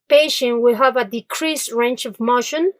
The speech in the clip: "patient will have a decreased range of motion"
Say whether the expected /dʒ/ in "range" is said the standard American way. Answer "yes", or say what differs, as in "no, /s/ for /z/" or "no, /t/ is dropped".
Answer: no, /tʃ/ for /dʒ/